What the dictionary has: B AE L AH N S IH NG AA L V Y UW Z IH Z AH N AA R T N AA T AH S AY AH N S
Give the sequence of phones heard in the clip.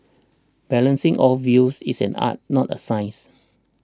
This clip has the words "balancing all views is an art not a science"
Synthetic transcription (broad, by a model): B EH L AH N S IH NG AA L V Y UW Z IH S AH N AA T N AA T AH S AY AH S